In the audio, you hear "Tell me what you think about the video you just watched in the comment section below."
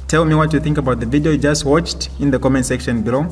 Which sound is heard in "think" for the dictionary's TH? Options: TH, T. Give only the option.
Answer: TH